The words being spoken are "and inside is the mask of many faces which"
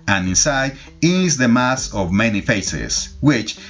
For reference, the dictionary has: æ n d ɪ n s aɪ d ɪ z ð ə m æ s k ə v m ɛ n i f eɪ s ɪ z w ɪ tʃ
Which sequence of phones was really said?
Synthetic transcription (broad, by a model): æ n ɪ n s aɪ d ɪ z ð ə m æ s ə v m ɛ n i f eɪ s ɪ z w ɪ tʃ